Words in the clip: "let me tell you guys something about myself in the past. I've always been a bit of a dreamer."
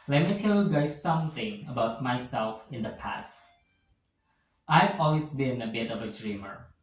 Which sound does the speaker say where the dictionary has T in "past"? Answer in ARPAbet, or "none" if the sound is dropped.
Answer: T